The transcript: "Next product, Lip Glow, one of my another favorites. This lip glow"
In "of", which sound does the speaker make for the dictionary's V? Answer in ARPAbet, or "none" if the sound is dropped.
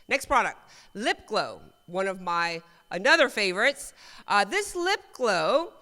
V